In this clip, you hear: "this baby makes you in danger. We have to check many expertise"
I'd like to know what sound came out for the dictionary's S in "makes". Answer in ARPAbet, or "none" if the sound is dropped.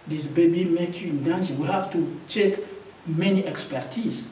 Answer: none